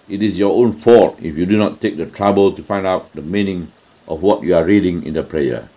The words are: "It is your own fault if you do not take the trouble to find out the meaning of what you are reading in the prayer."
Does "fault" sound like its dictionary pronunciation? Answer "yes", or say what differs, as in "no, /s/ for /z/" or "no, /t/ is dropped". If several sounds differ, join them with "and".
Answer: no, /l/ is dropped